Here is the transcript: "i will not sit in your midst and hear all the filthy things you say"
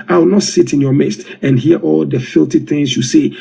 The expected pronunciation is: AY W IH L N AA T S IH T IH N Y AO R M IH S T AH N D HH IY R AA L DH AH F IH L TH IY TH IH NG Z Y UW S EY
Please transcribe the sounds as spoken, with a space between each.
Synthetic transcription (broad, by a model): AY W IH L N AA T S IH T IH N Y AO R M IH S T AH N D HH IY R AA L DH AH F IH L T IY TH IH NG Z Y UW S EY